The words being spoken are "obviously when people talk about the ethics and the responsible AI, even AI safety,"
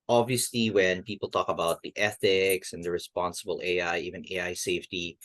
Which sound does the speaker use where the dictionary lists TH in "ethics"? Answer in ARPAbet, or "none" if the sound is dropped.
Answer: TH